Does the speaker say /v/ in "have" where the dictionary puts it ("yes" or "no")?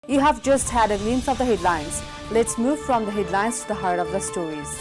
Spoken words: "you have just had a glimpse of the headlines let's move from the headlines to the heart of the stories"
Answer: yes